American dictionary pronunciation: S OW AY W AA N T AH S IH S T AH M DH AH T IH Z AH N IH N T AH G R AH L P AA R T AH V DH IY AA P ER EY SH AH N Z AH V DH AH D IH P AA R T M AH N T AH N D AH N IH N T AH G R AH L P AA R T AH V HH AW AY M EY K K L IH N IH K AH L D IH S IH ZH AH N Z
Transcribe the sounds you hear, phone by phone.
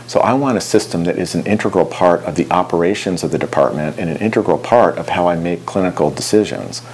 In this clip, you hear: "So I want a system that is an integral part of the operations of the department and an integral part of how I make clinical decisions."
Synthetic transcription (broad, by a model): S OW AY W AA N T AH S IH S T AH M DH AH T IH Z N IH N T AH G R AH L P AA R T AH V DH IY AA P ER EY SH AH N Z AH V DH AH D IH P AA R T M AH N T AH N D AH N IH N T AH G R L P AA R T AH V HH AW AY M EY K K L IH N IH K L D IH S IH ZH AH N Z